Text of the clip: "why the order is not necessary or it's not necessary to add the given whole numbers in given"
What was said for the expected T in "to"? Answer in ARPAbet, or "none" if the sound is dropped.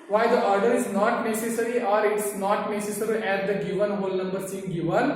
T